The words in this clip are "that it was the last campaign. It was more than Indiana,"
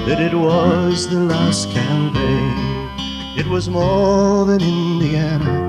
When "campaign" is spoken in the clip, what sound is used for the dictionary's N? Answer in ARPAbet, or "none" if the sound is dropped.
none